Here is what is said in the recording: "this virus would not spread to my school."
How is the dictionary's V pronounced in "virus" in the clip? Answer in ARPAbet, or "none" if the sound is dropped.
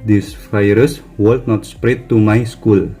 F